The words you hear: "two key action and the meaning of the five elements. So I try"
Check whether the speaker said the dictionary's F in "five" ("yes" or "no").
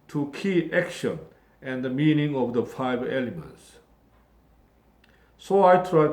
yes